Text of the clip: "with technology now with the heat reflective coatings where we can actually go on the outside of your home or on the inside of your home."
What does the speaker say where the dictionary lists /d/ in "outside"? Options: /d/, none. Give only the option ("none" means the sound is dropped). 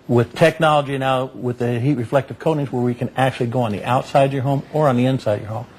none